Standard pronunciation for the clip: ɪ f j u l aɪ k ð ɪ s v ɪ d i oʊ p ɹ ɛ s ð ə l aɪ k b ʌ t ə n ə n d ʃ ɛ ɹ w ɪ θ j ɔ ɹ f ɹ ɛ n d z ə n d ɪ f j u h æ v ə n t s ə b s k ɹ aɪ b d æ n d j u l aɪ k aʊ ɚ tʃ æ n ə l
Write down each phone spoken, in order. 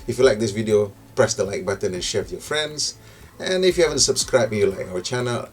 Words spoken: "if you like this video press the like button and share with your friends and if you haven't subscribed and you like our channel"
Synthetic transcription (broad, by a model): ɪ f j u l aɪ k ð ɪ s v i d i oʊ p ɹ ɛ s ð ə l aɪ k b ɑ t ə n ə n ʃ ɛ ɹ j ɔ f ɹ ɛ n d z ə n ɪ f j u h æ v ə n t s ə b s k ɹ aɪ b j u l aɪ k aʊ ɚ tʃ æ n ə l